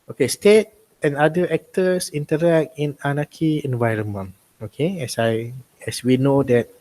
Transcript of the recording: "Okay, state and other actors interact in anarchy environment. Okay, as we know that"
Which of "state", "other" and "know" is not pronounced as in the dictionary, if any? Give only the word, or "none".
other